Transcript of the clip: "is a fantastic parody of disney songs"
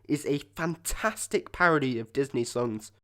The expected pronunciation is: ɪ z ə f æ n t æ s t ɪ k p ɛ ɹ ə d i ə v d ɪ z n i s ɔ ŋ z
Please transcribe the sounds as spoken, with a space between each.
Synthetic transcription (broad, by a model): ɪ z ə f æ n t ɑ s t ɪ k p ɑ ɹ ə d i ə v d ɪ z n i s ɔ ŋ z